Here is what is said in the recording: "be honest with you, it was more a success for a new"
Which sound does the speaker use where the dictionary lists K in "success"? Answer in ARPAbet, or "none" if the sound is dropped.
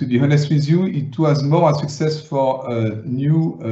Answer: K